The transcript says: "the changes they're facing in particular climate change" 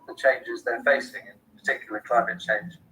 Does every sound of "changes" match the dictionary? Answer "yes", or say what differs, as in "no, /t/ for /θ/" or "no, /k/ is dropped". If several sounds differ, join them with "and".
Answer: yes